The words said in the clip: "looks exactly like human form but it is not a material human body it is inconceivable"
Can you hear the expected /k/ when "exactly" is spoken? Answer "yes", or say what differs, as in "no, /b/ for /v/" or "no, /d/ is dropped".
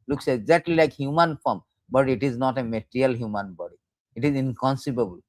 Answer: no, /k/ is dropped